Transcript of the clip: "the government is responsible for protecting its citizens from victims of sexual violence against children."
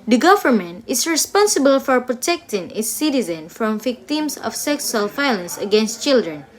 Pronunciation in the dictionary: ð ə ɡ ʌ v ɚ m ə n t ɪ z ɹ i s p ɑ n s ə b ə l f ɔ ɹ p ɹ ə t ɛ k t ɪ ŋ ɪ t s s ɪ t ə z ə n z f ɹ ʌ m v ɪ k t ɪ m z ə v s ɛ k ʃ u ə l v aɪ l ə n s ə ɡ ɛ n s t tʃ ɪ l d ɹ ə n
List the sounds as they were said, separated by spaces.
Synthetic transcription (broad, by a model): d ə ɡ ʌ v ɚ m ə n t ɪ s ɹ i s p ɑ n s ə b ə l f ɔ ɹ p ɹ ə t ɛ k t ɪ ŋ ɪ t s s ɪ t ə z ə n f ɹ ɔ m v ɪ k t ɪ m s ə f s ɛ k s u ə l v aɪ l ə n s ə ɡ ɛ n s t tʃ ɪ l d ɹ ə n